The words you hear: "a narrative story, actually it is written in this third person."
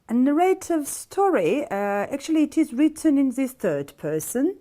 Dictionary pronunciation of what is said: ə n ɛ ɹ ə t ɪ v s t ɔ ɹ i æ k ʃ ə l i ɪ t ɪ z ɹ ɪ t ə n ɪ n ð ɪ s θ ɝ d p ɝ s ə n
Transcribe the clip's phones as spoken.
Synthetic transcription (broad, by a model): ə n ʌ ɹ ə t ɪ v s t ɔ ɹ i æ k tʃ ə l i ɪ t ɪ z ɹ ɪ t ə n ɪ n ð ɪ s θ ɝ d p ɝ s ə n